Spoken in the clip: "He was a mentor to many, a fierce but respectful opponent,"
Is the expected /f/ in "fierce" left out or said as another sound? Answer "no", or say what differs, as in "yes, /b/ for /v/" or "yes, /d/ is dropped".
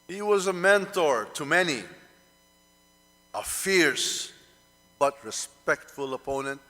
no